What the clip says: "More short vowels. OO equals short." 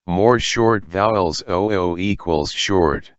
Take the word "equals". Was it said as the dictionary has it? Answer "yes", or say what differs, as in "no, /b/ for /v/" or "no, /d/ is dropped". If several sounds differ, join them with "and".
yes